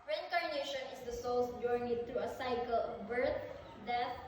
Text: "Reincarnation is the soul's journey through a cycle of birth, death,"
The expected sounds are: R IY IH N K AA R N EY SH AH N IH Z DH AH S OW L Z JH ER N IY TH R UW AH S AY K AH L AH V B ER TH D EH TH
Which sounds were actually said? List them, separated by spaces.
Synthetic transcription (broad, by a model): R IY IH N K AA R N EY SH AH N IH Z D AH S OW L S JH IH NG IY T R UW AH S AY K AH L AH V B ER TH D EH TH